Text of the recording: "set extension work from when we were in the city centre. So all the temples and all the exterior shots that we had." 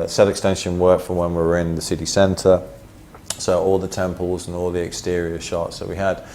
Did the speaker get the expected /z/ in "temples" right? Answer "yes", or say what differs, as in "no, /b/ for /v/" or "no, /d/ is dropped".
yes